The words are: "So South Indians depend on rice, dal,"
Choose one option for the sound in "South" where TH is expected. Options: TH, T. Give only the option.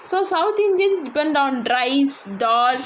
T